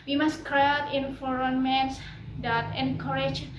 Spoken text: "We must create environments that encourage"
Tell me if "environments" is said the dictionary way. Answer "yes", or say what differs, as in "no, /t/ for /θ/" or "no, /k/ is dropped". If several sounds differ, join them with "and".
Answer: no, /f/ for /v/